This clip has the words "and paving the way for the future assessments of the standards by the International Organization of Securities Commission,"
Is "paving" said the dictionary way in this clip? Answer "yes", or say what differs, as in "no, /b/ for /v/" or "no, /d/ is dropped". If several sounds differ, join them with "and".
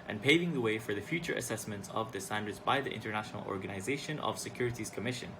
yes